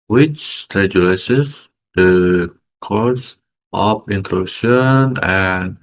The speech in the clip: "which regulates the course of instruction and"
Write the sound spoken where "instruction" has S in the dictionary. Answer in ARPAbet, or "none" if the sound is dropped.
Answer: none